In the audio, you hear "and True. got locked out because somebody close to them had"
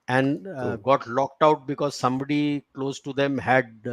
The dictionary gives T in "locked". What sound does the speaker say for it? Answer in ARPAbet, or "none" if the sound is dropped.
T